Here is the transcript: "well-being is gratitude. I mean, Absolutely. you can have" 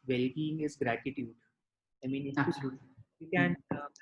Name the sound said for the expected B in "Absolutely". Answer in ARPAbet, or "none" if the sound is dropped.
none